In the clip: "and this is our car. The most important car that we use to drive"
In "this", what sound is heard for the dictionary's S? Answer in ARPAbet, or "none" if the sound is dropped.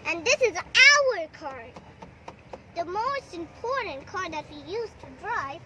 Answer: S